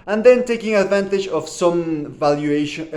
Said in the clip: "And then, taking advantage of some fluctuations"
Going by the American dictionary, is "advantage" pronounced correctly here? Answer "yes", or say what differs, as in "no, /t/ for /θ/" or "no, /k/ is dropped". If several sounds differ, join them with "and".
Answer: yes